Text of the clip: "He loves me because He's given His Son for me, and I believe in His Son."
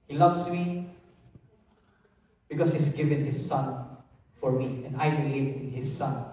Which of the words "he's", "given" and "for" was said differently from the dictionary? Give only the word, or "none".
he's